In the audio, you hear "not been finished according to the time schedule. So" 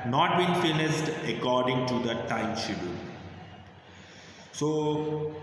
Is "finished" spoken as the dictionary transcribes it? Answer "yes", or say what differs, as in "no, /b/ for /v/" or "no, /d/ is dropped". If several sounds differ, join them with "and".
no, /s/ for /ʃ/